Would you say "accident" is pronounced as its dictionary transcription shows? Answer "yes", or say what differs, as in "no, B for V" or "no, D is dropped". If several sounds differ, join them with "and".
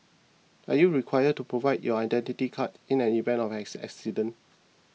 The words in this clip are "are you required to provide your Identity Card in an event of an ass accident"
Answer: no, T is dropped